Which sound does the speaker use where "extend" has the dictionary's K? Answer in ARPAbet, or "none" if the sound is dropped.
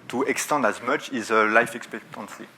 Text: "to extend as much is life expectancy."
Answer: K